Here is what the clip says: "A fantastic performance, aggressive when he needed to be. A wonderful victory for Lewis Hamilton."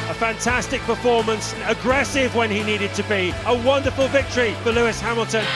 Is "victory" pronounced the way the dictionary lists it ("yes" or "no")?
yes